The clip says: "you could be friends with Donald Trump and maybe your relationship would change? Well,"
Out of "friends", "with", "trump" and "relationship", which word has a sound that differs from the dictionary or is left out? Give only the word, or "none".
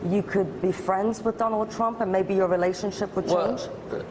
none